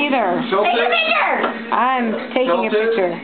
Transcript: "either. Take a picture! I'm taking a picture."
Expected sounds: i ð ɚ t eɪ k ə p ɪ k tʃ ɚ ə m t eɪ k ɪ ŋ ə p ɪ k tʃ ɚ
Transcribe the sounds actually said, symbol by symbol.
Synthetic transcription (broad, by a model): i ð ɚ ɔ ə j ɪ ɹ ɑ ə m t eɪ k ɪ ŋ ə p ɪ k tʃ ɚ